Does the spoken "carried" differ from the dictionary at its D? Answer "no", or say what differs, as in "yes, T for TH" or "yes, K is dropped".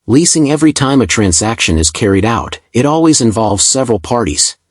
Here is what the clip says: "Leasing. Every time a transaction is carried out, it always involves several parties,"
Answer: no